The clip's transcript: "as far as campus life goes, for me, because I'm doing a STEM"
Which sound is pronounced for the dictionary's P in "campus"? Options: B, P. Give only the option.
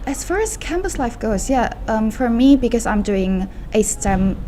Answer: B